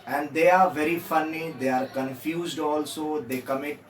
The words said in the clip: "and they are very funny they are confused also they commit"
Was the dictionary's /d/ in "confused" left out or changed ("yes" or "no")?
no